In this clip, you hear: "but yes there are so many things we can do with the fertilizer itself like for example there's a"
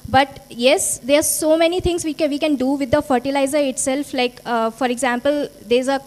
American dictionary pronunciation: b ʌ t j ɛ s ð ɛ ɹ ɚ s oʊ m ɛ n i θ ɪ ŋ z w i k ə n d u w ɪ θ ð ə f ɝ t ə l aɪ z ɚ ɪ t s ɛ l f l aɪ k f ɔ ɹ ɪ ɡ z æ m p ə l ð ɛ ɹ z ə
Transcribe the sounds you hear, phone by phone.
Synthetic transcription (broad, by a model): b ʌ t j ɛ s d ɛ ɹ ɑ s oʊ m ɛ n i t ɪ ŋ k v i k ə n d u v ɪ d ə f ɝ t ə l aɪ z ɚ ɪ t s ɛ l f l aɪ k f ɔ ɹ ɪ ɡ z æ m p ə l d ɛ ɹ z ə